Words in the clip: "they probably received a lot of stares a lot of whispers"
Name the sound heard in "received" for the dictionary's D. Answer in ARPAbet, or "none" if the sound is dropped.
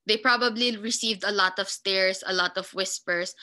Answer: D